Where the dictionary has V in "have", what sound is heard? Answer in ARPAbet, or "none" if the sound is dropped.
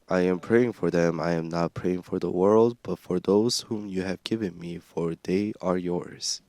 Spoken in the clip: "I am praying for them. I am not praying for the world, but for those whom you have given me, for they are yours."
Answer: V